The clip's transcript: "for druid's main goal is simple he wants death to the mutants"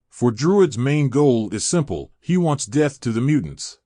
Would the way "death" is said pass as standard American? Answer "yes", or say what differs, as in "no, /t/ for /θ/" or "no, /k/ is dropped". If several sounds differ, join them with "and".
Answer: yes